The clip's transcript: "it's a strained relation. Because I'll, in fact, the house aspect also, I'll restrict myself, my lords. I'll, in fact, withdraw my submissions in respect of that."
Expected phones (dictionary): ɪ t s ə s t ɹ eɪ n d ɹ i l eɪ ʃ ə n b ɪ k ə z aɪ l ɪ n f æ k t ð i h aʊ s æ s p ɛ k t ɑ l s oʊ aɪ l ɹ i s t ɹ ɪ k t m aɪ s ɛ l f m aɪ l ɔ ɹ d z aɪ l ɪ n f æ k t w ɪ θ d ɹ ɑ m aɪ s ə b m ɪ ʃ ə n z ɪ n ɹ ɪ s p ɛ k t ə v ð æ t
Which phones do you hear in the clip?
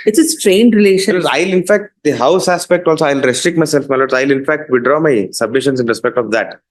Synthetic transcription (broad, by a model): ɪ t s ə s t ɹ eɪ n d ɹ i l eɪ ʃ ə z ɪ ə ɪ l ɪ n f æ k t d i h aʊ s æ s p ɛ k t ɑ l s oʊ aɪ l ɹ i s t ɹ ɪ k t m aɪ s ɛ l f m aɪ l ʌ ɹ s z aɪ l ɪ n f æ k t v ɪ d ɹ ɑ m aɪ s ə b m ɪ ʃ ə n s ɪ n ɹ ɪ s p ɛ k t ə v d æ t